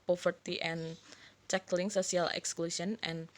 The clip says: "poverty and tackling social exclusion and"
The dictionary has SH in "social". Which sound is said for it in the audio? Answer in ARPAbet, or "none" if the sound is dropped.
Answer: S